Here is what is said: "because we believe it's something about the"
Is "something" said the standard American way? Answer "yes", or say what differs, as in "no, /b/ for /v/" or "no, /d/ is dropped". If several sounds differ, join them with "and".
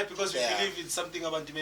no, /t/ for /θ/